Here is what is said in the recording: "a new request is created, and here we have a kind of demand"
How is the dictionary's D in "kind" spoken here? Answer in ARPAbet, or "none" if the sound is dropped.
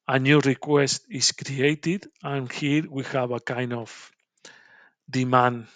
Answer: none